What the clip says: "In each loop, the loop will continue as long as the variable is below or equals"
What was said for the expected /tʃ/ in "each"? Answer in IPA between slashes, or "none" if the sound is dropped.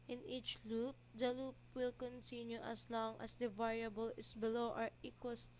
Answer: /tʃ/